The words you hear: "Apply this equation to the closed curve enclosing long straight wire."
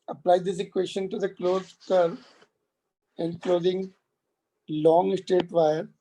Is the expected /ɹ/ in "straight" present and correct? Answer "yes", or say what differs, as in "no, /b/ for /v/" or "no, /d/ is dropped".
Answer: no, /ɹ/ is dropped